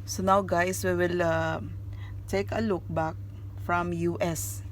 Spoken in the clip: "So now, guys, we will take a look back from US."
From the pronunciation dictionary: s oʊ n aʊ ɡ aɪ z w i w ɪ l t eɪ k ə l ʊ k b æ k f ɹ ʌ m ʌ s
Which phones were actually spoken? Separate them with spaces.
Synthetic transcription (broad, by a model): s oʊ n aʊ ɡ aɪ s w i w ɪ l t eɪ k ə l ʊ k b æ k f ɹ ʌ m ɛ s